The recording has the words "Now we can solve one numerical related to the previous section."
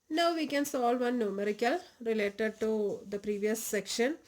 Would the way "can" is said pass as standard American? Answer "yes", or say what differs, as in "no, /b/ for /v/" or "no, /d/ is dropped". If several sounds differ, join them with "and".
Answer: yes